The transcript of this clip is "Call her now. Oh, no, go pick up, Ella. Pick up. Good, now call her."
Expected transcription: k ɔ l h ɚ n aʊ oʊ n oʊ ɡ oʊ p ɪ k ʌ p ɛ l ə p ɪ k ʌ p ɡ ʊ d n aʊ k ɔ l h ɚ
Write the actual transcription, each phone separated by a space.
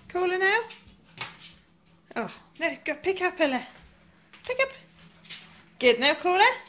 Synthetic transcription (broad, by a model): k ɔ l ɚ n aʊ oʊ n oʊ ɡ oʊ p ɪ k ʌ p ɛ l ə p ɪ k ʌ p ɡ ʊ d n aʊ k ɔ l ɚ